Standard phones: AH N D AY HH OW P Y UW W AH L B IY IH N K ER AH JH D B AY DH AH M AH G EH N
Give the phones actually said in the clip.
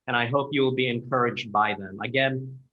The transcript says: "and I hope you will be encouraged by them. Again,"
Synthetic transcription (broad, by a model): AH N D AY HH OW P Y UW W AH L B IY IH N K ER AH JH D B AY DH AH M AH G EH N